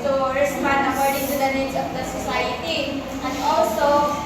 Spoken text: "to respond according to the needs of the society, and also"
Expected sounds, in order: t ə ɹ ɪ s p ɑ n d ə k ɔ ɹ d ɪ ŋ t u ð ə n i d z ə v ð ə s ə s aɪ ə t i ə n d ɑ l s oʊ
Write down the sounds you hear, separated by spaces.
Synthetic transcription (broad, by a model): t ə ɹ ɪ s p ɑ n ə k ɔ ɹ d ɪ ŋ t u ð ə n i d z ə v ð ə s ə s aɪ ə t i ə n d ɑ l s oʊ